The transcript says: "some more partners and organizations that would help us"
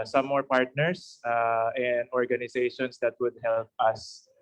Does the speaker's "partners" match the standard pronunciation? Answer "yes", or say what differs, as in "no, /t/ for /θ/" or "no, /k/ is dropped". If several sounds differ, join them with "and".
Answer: no, /s/ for /z/